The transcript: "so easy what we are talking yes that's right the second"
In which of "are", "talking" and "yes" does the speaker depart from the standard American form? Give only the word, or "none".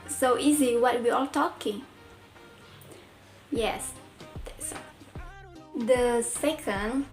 are